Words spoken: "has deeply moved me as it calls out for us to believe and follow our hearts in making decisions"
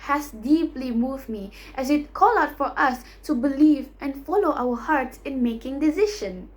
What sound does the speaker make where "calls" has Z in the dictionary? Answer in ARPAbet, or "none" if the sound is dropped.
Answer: none